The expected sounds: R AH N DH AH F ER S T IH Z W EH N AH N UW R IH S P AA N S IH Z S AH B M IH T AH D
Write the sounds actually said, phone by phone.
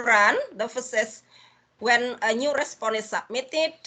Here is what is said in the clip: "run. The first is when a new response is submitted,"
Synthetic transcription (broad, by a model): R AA N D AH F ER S IH S W EH N AH N UW R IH S P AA N IH S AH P M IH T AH